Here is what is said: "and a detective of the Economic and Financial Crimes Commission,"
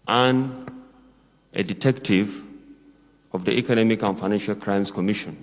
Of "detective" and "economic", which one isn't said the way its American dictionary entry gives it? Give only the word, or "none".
none